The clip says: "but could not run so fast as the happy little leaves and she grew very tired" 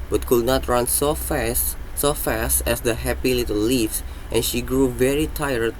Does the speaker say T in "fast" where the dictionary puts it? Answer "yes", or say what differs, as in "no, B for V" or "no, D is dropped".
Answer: yes